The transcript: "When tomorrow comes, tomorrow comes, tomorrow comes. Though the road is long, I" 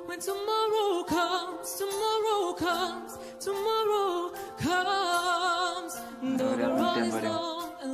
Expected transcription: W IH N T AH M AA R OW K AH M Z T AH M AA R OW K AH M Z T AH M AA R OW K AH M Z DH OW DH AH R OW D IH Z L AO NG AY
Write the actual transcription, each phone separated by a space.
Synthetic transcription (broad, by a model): W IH N T AH M AA R OW K AH M Z T AH M AA R OW K AH M Z T AH M AA R OW K AH M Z DH OW DH AH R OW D IH Z N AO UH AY